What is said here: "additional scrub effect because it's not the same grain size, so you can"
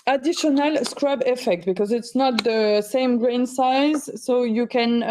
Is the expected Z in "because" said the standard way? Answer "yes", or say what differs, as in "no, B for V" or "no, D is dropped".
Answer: yes